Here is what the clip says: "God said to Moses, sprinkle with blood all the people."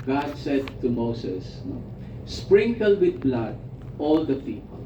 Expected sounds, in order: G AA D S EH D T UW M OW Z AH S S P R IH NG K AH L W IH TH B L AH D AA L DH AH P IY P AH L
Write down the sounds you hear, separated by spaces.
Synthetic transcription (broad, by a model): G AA D S EH D T UW M OW S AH S S P R IH NG K AH L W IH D B L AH D AA L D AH P IY P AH L